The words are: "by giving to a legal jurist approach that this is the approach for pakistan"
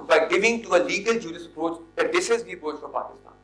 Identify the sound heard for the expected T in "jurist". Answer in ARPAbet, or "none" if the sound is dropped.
none